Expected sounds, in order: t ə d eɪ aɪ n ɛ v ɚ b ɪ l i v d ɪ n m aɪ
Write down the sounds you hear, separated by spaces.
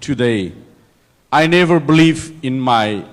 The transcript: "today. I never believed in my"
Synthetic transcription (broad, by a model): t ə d eɪ aɪ n ɛ v ɚ b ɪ l i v ɪ n m aɪ